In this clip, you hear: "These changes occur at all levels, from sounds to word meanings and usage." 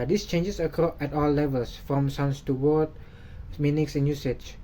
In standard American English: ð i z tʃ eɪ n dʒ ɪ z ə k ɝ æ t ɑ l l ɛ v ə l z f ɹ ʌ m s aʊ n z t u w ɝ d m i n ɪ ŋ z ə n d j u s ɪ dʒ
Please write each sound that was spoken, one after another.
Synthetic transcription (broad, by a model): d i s tʃ eɪ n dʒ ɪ s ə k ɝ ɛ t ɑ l l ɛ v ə l s f ɹ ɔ m s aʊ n s t u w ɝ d m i n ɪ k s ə n j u s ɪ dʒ